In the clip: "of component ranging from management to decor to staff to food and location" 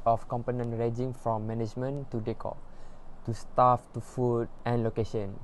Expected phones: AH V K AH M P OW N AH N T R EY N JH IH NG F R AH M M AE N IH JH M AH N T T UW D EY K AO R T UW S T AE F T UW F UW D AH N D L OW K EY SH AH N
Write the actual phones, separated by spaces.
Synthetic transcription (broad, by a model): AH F K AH M P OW N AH N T R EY JH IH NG F R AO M M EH N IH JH M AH N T T UW D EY K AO T UW S T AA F T UW F UW D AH N L OW K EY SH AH N